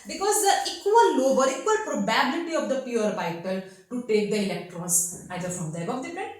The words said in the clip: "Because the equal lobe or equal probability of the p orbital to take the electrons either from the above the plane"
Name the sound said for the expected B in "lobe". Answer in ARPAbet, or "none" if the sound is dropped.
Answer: B